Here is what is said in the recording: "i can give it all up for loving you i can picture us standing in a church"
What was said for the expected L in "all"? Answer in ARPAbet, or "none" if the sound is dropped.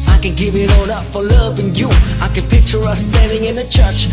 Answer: N